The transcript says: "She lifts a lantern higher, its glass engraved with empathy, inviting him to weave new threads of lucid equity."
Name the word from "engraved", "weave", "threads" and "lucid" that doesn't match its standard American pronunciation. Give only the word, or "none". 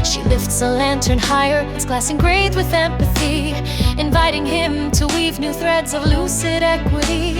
engraved